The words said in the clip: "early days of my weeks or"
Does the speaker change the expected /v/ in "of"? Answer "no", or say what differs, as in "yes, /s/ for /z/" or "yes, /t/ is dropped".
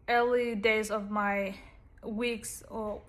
no